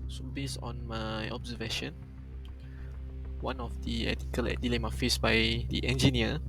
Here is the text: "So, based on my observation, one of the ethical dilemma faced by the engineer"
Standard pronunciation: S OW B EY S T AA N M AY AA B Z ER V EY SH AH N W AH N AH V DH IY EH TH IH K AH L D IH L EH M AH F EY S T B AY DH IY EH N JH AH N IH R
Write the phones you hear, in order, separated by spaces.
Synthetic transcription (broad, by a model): S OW B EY S AA N M AY AA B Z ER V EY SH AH N W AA N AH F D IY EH T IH K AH L D IH L EH M AH F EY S B AY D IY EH N JH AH N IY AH